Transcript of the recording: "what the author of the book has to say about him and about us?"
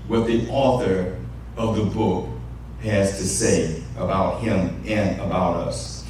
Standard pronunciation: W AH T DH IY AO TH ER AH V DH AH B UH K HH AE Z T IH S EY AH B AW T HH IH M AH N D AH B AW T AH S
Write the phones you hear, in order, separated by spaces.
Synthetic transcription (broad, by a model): W AH T DH IY AO TH ER AH V DH AH B UH K HH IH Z T IH S EY AH B AW T HH IH M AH N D AH B AW T AH S